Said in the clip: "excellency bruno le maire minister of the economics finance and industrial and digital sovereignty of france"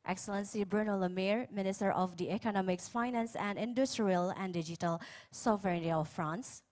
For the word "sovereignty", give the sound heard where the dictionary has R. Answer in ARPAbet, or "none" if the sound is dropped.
none